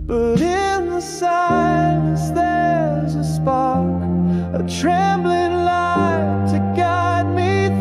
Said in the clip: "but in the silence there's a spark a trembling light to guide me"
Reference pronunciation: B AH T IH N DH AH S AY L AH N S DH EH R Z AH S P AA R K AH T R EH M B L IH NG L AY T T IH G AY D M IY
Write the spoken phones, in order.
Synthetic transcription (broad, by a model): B AH T IH N DH AH S AY AH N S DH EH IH Z AH S P AA R K AH T R EH M B L IH NG L AY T T IH G AY D M IY